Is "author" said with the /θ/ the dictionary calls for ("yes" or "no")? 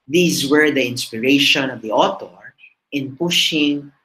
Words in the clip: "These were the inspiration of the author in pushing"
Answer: no